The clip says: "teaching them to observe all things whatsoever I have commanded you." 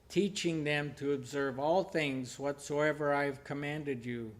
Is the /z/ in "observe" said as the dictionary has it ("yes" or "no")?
yes